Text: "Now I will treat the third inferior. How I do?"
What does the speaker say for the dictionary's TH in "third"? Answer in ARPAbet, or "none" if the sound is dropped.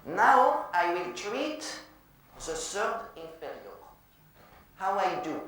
S